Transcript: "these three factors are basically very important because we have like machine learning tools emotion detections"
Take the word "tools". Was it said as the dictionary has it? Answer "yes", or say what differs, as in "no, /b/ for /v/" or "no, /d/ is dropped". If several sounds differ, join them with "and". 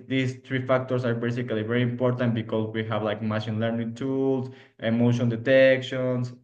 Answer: no, /s/ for /z/